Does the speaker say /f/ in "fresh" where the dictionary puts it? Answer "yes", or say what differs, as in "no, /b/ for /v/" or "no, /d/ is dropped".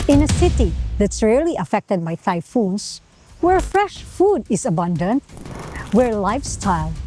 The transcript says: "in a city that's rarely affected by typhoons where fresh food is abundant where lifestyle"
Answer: yes